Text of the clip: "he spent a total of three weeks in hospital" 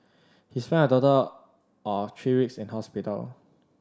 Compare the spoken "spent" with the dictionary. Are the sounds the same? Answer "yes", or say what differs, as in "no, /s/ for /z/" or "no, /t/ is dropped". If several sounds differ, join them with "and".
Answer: no, /t/ is dropped